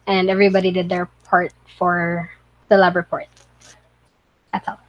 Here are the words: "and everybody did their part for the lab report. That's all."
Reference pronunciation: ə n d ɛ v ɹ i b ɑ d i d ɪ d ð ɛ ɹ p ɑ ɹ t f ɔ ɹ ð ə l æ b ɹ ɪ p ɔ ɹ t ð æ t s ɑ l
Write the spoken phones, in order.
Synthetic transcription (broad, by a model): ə n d ɛ v ɹ i b ɑ d i d ɪ d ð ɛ ɹ p ɑ ɹ t f ɔ ɹ ð ə l æ b ɹ ɪ p ɔ ɹ t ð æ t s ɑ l